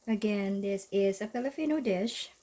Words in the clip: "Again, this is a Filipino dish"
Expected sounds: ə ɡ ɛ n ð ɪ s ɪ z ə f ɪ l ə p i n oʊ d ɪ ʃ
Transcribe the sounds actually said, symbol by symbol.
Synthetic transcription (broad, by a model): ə ɡ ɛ n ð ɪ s ɪ z ə p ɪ l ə f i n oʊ d ɪ ʃ